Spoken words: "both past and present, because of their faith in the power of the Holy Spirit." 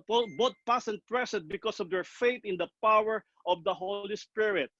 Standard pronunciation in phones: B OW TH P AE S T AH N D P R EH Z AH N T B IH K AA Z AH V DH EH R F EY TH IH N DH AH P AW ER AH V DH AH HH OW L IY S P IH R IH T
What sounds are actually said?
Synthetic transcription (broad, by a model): B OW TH P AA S AH N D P R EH S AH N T B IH K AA S AH V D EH R F EY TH IH N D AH P AW ER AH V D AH HH OW L IY S P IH R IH T